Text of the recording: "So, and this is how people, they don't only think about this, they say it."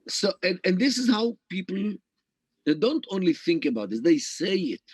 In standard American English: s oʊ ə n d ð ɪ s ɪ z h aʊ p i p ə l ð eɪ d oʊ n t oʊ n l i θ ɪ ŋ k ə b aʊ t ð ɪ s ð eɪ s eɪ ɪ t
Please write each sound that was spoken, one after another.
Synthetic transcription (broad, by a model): s oʊ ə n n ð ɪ s ɪ z h aʊ p i p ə l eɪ d oʊ n t oʊ n l i θ ɪ ŋ k ə b aʊ t ð ɪ s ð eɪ s eɪ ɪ t